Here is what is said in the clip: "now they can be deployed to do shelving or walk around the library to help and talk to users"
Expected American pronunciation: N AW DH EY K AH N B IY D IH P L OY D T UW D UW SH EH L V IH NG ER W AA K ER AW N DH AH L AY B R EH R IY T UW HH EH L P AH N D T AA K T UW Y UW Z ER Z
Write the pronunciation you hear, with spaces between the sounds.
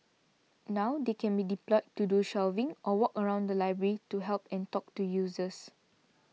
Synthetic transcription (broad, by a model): N AW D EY K AH N B IY D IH P L OY T UW D UW SH EH L V IH NG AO W AA K ER AW N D AH L AY B R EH R IY T UW HH EH L P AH N T AA K T UW Y UW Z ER S